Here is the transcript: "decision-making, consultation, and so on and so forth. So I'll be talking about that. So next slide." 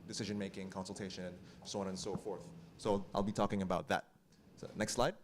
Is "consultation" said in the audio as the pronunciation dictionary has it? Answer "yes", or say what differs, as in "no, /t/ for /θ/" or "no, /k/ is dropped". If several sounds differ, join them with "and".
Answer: no, /ʃ/ is dropped